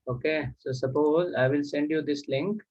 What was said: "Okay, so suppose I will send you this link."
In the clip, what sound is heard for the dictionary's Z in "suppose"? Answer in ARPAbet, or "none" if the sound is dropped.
Z